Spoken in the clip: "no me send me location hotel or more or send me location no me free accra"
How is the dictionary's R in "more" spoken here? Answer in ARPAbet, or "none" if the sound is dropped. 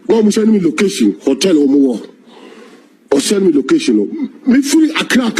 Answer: W